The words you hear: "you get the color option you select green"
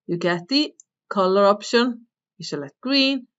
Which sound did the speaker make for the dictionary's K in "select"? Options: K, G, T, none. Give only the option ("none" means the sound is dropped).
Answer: none